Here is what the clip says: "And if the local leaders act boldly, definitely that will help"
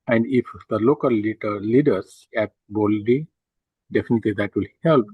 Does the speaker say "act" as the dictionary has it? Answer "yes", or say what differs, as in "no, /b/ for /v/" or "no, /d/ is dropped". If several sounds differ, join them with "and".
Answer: no, /k/ is dropped